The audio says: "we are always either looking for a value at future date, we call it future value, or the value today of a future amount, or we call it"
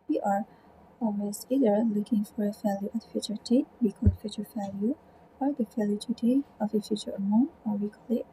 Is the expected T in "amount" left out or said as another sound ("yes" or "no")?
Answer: yes